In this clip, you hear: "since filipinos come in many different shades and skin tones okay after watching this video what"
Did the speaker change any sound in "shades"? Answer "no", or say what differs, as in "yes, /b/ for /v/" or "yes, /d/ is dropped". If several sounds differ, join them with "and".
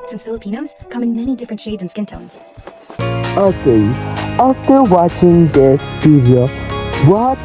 no